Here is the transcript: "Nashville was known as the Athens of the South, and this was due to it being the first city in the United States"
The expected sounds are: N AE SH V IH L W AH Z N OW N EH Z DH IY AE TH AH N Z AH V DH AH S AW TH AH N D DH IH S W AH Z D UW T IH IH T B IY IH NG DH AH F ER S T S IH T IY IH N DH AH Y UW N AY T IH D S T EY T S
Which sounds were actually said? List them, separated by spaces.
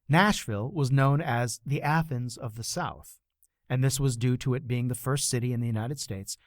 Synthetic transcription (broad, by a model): N AE SH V IH L W AH Z N OW N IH Z DH IY AE TH AH N Z AH V DH AH S AW TH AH N DH IH S W AH Z D UW T IH IH T B IY IH NG DH AH F ER S T S IH T IY IH N DH AH Y UW N AY T IH D S T EY T S